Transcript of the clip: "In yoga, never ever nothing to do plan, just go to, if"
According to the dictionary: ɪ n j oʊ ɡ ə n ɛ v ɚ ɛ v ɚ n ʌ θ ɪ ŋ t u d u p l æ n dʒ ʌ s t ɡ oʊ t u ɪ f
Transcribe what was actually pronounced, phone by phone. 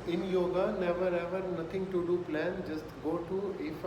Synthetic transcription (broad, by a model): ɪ n j oʊ ɡ ə n ɛ v ɚ ɛ v ɚ n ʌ t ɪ ŋ t u d u p l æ n dʒ ʌ s t ɡ oʊ t u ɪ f